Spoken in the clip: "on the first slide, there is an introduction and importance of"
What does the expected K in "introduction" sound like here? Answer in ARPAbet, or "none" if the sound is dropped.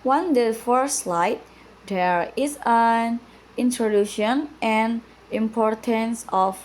none